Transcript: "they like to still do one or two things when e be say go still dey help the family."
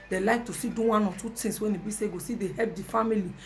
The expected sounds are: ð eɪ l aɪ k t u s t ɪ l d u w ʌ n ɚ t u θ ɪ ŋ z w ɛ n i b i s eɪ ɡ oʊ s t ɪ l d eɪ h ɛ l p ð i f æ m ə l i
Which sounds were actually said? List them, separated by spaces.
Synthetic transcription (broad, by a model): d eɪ l aɪ k t u s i d u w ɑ n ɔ t u t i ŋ s w ɛ n i b i s eɪ ɡ oʊ s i d eɪ h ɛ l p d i f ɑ m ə l i